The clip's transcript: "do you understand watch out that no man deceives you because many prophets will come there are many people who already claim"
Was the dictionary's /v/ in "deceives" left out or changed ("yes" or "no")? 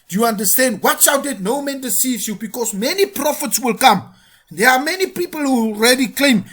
yes